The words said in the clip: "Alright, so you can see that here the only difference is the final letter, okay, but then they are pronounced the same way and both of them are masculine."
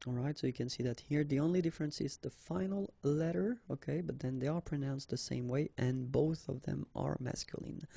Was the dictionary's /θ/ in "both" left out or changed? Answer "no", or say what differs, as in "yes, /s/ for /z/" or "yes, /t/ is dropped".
no